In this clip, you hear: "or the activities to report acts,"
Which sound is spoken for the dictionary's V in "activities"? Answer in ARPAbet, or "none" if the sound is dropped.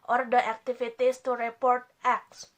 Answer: F